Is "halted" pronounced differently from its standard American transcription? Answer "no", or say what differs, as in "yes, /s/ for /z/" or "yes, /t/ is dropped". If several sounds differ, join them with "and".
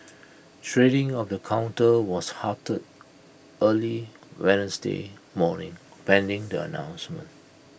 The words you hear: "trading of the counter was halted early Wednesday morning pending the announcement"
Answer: yes, /l/ is dropped